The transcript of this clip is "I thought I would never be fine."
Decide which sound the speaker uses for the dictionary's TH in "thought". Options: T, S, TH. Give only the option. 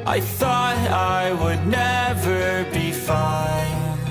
TH